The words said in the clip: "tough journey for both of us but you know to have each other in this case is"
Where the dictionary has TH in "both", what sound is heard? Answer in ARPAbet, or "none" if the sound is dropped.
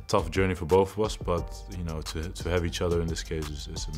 TH